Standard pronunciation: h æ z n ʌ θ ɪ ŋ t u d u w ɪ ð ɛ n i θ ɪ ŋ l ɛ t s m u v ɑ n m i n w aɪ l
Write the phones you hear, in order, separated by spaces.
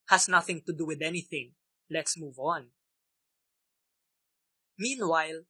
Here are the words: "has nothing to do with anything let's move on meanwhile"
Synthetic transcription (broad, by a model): h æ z n ʌ θ ɪ ŋ t u d u w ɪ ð ɛ n i θ ɪ ŋ l ɛ t s m u v ɑ n m i n w aɪ l